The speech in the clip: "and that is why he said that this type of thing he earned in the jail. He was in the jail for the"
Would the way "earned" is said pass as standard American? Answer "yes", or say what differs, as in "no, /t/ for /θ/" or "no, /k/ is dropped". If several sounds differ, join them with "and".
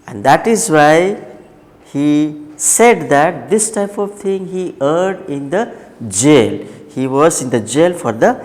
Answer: no, /n/ is dropped